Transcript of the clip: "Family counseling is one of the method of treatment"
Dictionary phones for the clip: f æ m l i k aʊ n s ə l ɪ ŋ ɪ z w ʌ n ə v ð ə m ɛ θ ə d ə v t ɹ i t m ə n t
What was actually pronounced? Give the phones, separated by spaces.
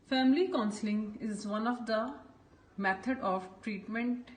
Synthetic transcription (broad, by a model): f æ m l i k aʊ n s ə l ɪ ŋ ɪ z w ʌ n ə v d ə m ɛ t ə d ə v t ɹ i t m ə n t